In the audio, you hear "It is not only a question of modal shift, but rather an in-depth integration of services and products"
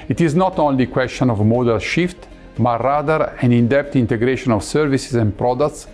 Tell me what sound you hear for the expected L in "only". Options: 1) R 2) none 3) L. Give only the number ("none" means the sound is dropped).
3